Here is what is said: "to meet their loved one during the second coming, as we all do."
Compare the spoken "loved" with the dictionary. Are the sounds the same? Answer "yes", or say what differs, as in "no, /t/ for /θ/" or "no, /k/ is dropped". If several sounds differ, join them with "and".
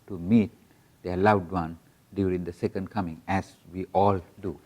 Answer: no, /w/ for /v/